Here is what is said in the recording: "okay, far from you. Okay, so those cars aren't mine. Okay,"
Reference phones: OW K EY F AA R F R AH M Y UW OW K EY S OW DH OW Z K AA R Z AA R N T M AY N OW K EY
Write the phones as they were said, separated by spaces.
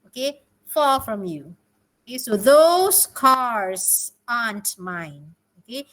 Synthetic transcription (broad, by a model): OW K EY F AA L F R AH M Y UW OW K EY S OW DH OW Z K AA R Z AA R N T M AY N OW K EY